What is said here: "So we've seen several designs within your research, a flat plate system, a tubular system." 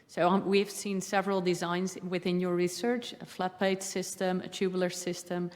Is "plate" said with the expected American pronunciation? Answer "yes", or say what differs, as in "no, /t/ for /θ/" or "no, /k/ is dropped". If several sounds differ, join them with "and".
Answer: no, /l/ is dropped